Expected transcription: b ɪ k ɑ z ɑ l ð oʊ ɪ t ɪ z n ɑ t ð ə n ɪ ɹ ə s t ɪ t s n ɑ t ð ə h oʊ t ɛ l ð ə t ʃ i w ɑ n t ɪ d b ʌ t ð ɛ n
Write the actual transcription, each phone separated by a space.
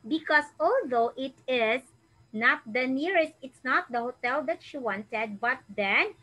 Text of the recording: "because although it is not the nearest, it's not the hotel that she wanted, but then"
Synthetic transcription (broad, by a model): b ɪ k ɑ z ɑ l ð oʊ ɪ t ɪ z n ɑ t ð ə n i ɹ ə s t ɪ t s n ɑ t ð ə h oʊ t ɛ l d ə t ʃ i w ɑ n t ɪ d b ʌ t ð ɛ n